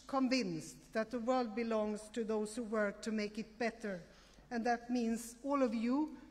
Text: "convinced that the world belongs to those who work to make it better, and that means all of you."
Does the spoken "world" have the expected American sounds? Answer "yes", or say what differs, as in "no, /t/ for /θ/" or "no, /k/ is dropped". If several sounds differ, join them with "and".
yes